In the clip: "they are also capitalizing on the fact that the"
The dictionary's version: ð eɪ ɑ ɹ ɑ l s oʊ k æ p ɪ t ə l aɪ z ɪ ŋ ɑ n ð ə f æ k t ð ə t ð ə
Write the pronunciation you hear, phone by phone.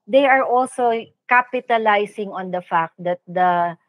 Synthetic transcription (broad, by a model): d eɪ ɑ ɹ ɑ l s oʊ k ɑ p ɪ t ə l aɪ s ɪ ŋ ɑ n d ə f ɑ k t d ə t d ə